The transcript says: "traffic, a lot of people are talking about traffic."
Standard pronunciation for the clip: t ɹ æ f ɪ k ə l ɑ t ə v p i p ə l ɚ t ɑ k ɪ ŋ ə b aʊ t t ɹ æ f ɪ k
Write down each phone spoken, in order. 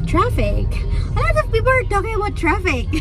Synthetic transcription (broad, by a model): t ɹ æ f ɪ k ə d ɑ ə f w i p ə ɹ t ɑ k ɪ ŋ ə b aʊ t t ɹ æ f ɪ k